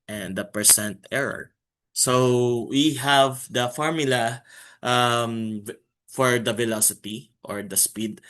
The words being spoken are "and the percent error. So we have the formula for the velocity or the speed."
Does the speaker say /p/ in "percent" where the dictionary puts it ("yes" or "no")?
yes